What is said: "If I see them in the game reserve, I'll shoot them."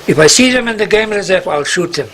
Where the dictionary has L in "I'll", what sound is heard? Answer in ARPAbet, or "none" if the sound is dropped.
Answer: L